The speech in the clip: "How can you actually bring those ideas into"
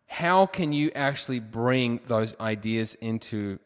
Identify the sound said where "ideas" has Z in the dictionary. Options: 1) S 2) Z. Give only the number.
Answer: 2